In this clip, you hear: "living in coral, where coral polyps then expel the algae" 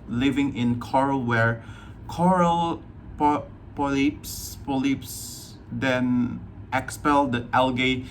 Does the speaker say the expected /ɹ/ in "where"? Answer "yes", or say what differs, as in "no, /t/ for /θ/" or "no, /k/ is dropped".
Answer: yes